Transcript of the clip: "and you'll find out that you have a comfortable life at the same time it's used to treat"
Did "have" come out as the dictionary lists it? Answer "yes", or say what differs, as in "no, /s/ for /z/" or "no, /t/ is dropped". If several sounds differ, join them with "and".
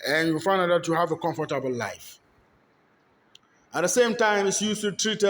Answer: yes